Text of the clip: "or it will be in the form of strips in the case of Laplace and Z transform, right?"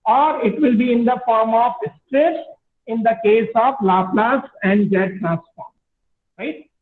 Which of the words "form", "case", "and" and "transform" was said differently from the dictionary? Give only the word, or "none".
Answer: transform